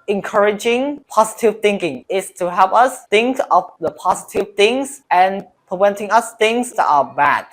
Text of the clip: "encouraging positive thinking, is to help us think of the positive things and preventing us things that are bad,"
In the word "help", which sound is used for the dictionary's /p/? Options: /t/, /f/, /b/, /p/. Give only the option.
/p/